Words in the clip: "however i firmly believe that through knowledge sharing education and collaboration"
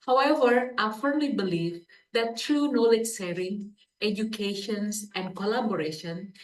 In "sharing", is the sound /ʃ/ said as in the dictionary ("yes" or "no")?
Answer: no